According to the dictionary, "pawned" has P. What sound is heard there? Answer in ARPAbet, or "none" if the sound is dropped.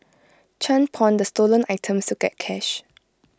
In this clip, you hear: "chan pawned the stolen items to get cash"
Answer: P